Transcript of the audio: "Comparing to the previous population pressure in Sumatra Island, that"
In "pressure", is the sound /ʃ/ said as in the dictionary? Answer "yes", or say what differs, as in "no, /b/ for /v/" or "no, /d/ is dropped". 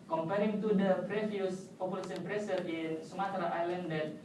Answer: no, /s/ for /ʃ/